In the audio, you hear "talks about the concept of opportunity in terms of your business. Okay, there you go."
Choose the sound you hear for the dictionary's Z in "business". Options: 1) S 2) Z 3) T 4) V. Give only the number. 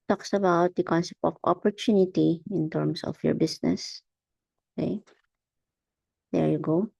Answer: 1